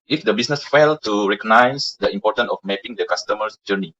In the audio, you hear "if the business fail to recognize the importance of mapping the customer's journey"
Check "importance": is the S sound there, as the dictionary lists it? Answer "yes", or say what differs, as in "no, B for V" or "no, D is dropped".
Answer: no, S is dropped